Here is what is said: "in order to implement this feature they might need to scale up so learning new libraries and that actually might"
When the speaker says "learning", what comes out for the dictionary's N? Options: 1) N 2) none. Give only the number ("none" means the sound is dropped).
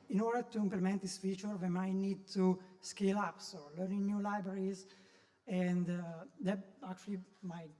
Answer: 1